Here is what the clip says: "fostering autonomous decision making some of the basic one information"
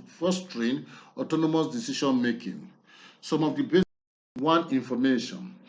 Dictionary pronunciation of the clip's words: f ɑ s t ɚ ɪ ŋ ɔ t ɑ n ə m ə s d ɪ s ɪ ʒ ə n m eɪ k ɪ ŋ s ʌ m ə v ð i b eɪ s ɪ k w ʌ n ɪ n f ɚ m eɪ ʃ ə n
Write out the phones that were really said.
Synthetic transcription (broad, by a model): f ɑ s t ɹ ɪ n ɔ t ɑ n ə m ə s d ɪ s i ʃ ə n m eɪ k ɪ ŋ s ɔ m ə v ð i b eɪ w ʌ n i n f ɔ m eɪ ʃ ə n